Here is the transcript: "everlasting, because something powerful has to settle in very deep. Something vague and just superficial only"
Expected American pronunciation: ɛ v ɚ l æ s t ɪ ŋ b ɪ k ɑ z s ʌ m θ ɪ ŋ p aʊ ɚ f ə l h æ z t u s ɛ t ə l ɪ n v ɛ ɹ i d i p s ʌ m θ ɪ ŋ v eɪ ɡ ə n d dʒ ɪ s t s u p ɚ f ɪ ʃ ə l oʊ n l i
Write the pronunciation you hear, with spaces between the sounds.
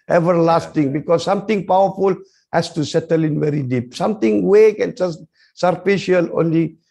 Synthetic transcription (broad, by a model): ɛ v ɚ l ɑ s t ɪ ŋ b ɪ k ɑ s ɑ m t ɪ ŋ p aʊ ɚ f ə l h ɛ s t u s ɛ t ə l ɪ n v ɛ ɹ i d i p s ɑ m t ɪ ŋ w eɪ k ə n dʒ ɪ s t s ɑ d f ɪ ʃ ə l oʊ n l i